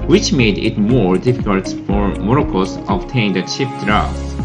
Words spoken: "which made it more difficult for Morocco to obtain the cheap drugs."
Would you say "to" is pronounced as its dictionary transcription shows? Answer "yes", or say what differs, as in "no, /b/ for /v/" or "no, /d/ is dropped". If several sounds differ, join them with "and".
no, /s/ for /t/